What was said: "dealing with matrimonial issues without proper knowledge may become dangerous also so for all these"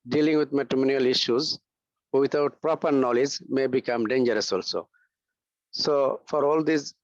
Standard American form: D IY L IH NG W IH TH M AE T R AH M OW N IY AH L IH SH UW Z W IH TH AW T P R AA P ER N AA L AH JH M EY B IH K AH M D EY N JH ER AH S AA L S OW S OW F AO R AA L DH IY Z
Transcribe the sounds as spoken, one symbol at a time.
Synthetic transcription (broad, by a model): D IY L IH NG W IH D M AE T R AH M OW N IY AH L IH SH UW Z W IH T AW T P R AA P ER N AA L AH JH M EY B IH K AH M D EY N JH ER AH S AA L S OW S OW F AO R AA L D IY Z